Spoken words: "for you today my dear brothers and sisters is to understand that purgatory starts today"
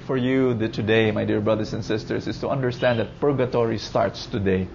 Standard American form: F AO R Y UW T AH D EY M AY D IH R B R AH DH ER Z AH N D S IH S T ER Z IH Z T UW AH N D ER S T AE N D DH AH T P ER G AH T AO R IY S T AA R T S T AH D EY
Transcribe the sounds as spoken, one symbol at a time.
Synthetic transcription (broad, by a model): F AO R Y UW T AH D EY M AY D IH R B R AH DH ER S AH N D S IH S T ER S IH S T UW AH N D ER S T AE N D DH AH T P ER G AH T AO R IY S T AA R T S T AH D EY